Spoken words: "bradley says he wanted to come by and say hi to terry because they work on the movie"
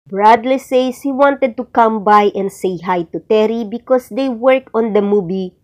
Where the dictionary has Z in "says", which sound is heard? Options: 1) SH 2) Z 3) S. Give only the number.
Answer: 3